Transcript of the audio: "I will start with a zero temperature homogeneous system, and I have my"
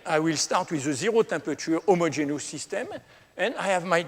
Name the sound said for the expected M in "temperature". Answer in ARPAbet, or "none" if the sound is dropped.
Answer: none